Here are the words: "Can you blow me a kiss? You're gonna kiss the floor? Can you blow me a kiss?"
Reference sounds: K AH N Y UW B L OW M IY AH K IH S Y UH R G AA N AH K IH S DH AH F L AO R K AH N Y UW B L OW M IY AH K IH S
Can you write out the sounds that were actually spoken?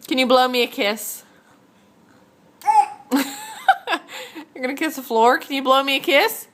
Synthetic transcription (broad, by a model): K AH N Y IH B L OW M IY AH K IH S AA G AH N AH K IH S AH F L AO R K AH N Y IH B L OW M IY AH K IH S